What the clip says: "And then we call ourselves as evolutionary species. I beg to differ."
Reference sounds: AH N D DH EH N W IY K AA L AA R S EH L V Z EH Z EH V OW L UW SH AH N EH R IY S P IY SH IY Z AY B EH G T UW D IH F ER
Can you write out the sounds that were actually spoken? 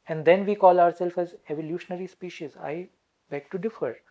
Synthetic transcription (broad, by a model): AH N D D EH N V IY K AA L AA R S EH L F EH Z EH V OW L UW SH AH N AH R IY S P IY SH IY Z AY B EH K T UW D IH F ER